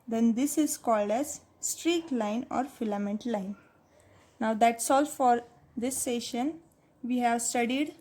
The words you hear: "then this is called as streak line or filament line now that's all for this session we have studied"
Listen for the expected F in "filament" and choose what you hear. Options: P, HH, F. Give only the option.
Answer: F